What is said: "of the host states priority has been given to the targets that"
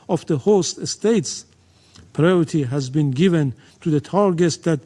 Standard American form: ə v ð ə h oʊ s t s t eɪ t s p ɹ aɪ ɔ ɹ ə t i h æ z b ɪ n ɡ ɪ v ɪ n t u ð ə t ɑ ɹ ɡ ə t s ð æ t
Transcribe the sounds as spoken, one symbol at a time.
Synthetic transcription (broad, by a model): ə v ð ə h oʊ s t s t eɪ t s p ɹ aɪ ɔ ɹ ə t i h æ z b ɪ n ɡ ɪ v ɪ n t u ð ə t ɑ ɹ ɡ ə t s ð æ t